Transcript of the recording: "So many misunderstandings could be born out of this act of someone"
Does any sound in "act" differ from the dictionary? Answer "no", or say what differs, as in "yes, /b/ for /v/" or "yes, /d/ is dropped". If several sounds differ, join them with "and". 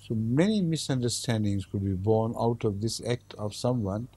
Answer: no